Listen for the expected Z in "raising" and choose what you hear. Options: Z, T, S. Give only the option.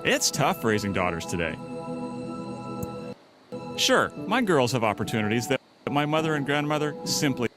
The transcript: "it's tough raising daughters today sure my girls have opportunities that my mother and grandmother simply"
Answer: Z